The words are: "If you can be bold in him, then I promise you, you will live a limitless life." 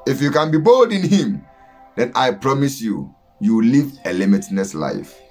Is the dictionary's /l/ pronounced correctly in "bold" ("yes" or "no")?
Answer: yes